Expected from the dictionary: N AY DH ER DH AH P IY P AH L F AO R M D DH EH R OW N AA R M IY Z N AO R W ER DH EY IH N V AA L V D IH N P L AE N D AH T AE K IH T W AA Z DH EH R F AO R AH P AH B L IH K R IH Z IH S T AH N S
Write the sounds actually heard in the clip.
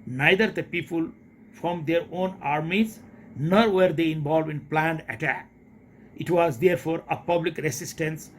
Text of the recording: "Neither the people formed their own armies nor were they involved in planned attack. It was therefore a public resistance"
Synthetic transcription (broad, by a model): N AY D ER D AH P IY P AH L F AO M D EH R OW N AA R M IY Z N AO R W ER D EY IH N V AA L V IH N P L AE N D AH T AE K IH T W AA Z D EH R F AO R AH P AH B L IH K R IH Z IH S T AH N S